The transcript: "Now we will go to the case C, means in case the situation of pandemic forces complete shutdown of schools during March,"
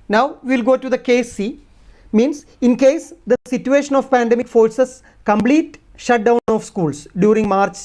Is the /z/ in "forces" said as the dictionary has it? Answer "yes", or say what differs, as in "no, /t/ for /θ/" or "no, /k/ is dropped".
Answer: no, /s/ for /z/